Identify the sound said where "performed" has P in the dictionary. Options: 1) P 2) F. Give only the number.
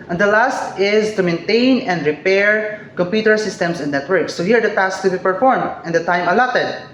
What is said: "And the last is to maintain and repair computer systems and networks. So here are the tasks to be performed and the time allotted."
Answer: 1